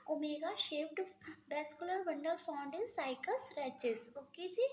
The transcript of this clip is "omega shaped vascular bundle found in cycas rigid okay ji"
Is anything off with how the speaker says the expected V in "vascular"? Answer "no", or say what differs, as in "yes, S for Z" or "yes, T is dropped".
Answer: yes, B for V